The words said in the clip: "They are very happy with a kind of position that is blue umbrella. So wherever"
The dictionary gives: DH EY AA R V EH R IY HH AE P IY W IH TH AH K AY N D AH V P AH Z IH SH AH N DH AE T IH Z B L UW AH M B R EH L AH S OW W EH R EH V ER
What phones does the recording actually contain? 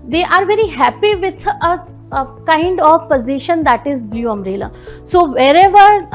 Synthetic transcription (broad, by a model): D EY AA R V EH R IY HH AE P IY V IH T AH K AY N D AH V P AH Z IH SH AH N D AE T IH Z B L UW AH M R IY L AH S OW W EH R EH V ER